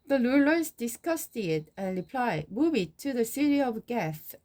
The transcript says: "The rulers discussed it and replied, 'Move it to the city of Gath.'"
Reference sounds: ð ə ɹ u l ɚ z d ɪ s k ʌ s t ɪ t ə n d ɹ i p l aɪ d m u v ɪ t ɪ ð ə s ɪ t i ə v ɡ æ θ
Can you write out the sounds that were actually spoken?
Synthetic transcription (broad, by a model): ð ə l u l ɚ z d ɪ s k ʌ s t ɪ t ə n ɹ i p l aɪ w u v ɪ t ɪ ð ə s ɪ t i ə v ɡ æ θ